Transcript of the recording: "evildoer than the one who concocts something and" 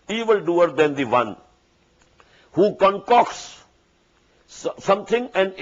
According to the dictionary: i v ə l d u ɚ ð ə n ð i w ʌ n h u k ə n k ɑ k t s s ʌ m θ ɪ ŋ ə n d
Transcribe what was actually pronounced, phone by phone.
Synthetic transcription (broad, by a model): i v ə l d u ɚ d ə n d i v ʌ n h u k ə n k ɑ k s s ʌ m t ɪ ŋ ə n d